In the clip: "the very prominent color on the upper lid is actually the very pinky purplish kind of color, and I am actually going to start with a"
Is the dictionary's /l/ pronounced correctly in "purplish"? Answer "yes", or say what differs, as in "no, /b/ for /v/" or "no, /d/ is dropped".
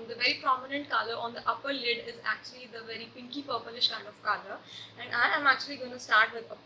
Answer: no, /l/ is dropped